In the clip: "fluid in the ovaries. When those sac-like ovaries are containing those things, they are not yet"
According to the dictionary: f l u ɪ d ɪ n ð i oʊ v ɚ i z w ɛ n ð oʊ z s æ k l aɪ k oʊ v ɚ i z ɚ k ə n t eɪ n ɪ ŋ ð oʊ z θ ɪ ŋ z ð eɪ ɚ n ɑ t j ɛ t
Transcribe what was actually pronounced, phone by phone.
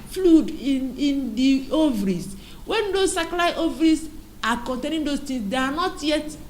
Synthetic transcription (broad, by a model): f l u d ɪ n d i oʊ v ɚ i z w ɛ n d oʊ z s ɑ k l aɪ oʊ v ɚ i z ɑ k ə n t eɪ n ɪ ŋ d oʊ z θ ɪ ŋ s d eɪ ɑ n ɑ t j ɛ t